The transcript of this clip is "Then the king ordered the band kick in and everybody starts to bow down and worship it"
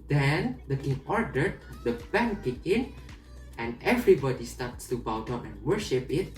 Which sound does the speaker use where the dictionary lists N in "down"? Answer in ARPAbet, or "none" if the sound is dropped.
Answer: none